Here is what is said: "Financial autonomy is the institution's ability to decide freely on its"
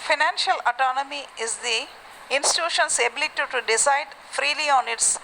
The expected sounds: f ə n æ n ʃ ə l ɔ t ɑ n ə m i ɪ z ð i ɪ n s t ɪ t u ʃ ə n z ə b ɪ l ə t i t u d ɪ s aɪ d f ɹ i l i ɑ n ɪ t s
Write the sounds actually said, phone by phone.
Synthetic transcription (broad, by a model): f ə n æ n ʃ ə l ɔ t ɑ n ə m i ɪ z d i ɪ n s t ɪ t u ʃ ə n s ə b ɪ l ə t i t u d ɪ s aɪ d f ɹ i l i ɑ n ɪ t s